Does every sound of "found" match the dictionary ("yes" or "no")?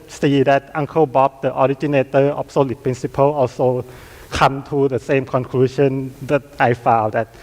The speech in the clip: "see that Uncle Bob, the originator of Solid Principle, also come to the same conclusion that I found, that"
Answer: no